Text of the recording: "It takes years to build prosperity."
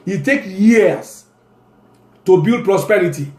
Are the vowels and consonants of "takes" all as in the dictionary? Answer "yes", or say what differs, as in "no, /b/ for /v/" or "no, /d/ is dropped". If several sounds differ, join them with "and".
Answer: no, /s/ is dropped